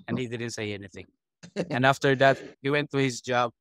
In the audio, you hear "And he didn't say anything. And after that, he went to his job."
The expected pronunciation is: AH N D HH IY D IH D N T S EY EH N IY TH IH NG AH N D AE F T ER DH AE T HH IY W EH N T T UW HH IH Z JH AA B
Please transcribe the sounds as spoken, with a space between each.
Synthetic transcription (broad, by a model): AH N HH IY D IH D N T S EY EH N IY TH IH NG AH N AE F T ER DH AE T HH IY W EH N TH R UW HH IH Z JH AA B